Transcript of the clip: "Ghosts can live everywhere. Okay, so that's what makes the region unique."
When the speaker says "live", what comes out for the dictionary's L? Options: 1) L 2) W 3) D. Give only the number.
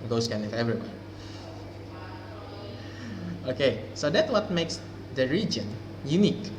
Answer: 2